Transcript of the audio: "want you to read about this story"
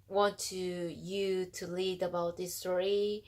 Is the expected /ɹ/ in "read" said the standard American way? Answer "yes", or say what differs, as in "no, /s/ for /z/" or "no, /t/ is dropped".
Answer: no, /l/ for /ɹ/